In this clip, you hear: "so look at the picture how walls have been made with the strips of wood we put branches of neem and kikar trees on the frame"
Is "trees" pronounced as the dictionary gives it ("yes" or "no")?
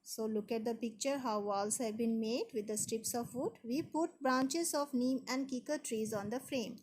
yes